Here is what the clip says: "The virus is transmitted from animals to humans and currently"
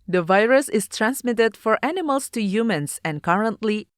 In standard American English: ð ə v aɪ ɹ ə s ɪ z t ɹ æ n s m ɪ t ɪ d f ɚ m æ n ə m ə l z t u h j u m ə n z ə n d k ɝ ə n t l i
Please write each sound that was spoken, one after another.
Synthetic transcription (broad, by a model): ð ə v aɪ ɹ ə s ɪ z t ɹ æ n s m ɪ t ɪ d f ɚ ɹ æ n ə m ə l s t u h j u m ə n s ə n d k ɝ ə n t l i